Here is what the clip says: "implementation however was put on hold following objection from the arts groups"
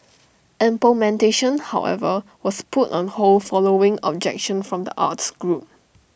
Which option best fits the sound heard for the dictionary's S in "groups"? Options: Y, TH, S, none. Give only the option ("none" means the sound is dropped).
none